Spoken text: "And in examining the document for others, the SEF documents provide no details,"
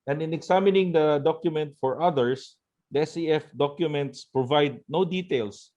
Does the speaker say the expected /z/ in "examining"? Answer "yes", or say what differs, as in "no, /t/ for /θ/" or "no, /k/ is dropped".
no, /s/ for /z/